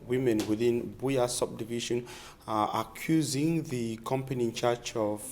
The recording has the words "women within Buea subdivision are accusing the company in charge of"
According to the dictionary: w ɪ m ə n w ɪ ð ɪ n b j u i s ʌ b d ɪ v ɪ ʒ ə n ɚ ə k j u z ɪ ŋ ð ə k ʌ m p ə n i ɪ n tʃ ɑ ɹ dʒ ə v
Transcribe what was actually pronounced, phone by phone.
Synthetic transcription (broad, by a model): w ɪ m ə n w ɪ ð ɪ n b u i s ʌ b d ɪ v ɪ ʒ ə n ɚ ə k j u z ɪ ŋ ð ə k ʌ m p ə n i ɪ n tʃ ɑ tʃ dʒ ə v